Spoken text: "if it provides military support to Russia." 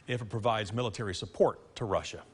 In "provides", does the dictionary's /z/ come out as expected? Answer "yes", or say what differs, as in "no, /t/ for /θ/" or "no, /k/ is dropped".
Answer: yes